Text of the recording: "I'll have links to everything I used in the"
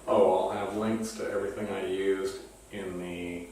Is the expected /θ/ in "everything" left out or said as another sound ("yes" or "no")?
no